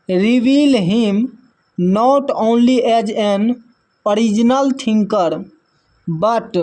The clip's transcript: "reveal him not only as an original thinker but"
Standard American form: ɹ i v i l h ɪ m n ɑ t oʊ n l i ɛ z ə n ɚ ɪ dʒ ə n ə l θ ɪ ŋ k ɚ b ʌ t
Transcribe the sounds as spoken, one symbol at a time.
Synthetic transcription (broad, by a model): ɹ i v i l h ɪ m n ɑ t oʊ n l i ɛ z ə n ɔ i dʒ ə n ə l t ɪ ŋ k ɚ b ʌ t